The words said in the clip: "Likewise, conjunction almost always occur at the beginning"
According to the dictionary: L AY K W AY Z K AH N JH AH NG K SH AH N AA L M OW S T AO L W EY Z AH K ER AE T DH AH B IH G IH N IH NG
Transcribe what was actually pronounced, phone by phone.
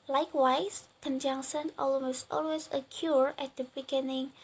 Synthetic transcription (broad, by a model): L AY K W AY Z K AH N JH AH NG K S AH N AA L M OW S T AO L W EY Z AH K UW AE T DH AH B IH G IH N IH NG